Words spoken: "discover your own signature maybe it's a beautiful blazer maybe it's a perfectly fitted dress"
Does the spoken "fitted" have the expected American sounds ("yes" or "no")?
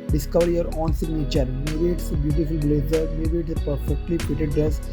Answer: no